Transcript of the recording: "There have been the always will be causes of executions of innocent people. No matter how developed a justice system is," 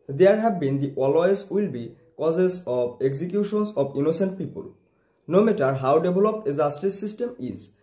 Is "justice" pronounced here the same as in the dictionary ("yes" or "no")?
no